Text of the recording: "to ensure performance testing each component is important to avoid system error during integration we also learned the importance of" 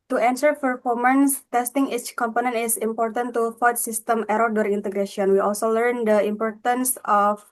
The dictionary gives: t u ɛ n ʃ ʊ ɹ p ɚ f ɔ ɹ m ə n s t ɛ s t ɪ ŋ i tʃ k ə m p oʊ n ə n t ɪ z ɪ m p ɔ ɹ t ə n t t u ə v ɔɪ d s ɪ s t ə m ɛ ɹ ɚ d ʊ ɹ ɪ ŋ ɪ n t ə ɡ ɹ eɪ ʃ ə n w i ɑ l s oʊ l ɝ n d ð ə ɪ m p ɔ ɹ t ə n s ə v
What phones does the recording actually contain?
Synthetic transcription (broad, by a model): t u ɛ n s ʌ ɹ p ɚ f ɔ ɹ m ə n s t ɛ s t ɪ ŋ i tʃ k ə m p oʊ n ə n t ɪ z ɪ m p ɔ ɹ t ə n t t u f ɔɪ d s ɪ s t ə m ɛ ɹ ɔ d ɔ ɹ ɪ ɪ n t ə ɡ ɹ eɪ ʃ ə n w i ɑ l s oʊ l ɝ n d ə ɪ m p ɔ ɹ t ə n s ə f